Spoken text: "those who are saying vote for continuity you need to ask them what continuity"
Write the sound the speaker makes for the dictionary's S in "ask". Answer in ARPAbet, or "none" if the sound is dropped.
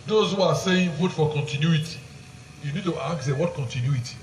none